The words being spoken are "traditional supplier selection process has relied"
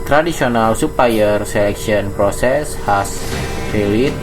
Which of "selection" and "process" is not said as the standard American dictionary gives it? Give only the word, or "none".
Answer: selection